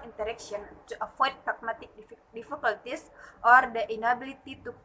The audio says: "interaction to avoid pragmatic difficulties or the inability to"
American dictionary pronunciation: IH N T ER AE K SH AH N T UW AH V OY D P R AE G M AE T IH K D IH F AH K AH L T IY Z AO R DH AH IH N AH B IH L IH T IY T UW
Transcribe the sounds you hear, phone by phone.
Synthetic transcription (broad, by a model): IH N T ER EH K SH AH N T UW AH F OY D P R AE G M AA T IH K D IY F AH K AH L T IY S AO R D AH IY N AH B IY L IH T IY T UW